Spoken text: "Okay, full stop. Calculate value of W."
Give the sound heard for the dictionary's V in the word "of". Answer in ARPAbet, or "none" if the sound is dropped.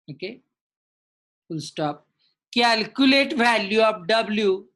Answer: P